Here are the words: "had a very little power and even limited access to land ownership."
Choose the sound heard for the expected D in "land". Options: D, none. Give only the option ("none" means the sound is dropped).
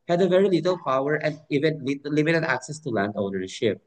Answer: D